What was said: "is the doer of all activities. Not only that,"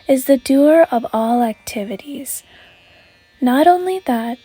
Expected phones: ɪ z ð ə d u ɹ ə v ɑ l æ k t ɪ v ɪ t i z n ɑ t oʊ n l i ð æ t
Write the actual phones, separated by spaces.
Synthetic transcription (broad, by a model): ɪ z ð ə d u ɹ ə v ɑ l æ k t ɪ v ɪ t i z n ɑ t oʊ n l i ð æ t